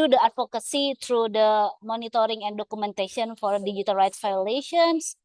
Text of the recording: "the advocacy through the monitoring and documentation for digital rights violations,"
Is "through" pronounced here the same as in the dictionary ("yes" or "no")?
no